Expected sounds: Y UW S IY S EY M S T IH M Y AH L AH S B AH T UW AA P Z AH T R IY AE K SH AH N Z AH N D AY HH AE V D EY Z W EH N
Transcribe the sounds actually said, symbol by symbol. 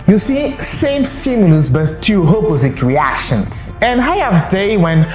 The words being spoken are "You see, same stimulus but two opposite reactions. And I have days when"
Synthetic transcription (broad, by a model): Y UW S IY S EY M S T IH M Y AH L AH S B AH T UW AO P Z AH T R IY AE K SH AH N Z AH N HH AY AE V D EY W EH N